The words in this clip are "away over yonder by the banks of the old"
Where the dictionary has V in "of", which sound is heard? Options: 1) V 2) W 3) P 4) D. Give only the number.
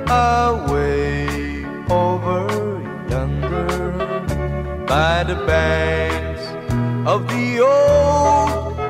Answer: 1